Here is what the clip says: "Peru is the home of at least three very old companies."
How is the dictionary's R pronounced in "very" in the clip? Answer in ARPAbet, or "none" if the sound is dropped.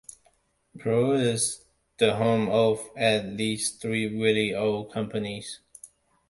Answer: L